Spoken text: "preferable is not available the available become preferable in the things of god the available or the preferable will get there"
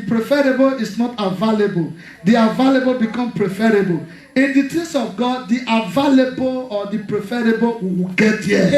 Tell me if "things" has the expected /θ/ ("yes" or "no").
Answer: no